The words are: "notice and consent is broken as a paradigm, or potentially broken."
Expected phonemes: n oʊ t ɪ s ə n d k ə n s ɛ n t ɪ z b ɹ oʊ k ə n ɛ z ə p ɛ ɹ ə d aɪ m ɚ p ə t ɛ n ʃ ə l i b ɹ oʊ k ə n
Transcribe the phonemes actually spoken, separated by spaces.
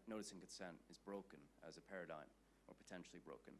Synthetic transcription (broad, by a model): n oʊ t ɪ s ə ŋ k ə n s ɛ n t ɪ z b ɹ oʊ k ə n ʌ z ə p ɛ ɹ ə d aɪ m ɚ p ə t ɛ n ʃ l i b ɹ oʊ k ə n